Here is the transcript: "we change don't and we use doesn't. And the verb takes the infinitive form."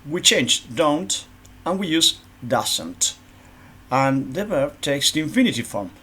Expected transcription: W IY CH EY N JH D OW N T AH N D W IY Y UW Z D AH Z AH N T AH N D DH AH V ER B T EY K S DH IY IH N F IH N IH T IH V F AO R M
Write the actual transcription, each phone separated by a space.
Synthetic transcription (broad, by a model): W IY CH EY N JH D OW N T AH N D W IY Y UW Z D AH S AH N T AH N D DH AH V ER T EY K S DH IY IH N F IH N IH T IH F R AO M